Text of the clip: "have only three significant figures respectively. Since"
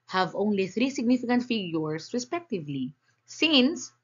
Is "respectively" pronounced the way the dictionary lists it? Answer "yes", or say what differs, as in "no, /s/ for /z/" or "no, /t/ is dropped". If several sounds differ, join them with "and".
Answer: yes